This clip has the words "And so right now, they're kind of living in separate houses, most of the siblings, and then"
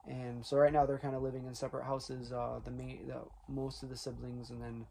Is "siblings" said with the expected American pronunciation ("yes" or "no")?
yes